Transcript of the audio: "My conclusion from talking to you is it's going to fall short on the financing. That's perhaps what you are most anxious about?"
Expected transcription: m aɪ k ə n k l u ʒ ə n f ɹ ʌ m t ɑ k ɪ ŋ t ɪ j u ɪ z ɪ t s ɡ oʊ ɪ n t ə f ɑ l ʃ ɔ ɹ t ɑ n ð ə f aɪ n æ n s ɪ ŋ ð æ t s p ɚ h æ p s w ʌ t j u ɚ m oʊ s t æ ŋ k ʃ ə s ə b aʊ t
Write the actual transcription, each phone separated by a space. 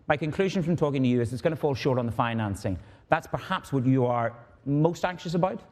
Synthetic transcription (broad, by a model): m aɪ k ə n k l u ʒ ə n f ɹ ʌ m t ɑ k ɪ ŋ t ɪ j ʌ ɪ z ɪ t s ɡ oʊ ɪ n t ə f ɑ l ʃ ɔ ɹ t n ð ə f aɪ n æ n s ɪ ŋ ð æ t s p ɚ h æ p s w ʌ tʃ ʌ ɚ m oʊ s t æ ŋ k ʃ ə s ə b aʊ t